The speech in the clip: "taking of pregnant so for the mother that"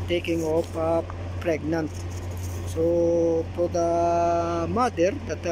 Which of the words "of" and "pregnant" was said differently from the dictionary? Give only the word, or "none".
of